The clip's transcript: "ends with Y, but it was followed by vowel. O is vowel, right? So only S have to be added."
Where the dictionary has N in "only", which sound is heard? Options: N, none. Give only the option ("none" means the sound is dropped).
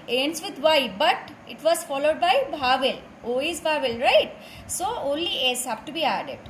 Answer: N